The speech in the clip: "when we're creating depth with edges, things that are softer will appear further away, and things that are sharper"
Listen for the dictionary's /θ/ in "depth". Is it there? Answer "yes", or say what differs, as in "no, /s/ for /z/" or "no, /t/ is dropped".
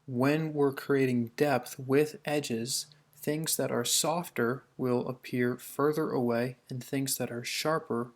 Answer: yes